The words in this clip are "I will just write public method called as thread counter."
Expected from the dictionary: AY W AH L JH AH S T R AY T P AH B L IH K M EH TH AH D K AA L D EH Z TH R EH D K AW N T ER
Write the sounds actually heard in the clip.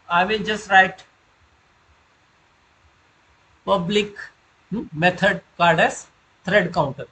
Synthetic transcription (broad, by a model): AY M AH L JH AH S T R AY T P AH B L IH K M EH T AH D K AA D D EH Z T R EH D K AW N T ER